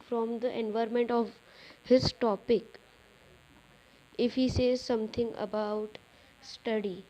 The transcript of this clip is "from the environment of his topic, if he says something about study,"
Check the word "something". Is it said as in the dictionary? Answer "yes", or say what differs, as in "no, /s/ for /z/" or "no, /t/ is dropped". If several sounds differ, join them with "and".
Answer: no, /t/ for /θ/